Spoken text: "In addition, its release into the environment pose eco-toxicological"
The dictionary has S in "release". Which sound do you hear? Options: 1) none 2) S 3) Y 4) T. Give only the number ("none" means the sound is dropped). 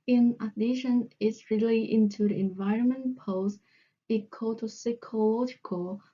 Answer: 1